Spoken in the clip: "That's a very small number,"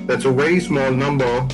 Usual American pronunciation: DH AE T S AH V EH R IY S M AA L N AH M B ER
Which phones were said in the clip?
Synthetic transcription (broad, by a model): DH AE T S AH W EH IY S M AA L N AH M B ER